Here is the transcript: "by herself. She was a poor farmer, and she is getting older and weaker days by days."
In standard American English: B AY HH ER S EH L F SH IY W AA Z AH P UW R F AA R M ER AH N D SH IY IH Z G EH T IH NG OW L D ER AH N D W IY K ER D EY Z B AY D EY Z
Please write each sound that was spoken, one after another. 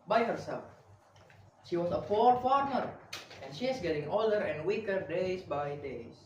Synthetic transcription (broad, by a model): B AY HH ER S EH L F SH IY W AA S AH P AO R F AA R M ER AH N SH IY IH S G EH T IH NG OW L D ER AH N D W IY K ER D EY S B AY D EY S